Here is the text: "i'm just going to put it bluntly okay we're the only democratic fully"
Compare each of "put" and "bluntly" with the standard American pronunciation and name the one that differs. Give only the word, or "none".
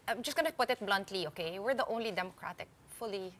none